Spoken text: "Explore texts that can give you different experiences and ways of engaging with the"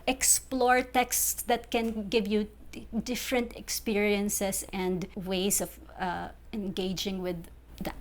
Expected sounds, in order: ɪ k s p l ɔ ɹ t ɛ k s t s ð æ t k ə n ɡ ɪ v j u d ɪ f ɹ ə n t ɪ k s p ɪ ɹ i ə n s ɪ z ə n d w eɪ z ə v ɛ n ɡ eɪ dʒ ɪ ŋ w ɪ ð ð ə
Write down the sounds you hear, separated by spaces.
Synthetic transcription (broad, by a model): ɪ k s p l ɔ ɹ t ɛ k s t s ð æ t k ə n ɡ ɪ v j u d ɪ f ɹ ə n t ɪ k s p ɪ ɹ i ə n s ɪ s ə n d w eɪ s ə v ɛ n ɡ eɪ dʒ ɪ ŋ w ɪ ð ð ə